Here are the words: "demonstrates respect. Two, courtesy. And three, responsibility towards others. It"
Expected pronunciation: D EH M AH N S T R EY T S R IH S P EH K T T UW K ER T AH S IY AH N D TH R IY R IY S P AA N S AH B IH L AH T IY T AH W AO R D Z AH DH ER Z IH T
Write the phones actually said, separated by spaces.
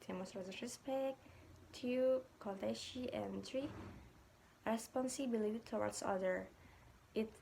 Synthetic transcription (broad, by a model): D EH M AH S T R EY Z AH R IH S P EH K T T UW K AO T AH SH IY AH N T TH R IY R IY S P AA N S AH B IH L AH T IY T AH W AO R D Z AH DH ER IH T